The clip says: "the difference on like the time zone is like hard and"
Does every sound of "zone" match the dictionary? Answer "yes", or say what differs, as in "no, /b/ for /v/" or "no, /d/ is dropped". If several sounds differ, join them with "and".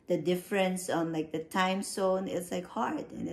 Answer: no, /s/ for /z/